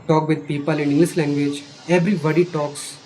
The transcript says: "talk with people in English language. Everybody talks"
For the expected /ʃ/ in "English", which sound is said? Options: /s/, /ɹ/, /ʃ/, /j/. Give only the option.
/s/